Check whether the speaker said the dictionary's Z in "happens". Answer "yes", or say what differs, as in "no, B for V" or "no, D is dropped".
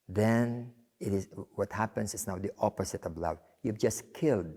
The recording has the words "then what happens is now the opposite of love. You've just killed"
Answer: no, S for Z